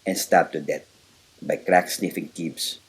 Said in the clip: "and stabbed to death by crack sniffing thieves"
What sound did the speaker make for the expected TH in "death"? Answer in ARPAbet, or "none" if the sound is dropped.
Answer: T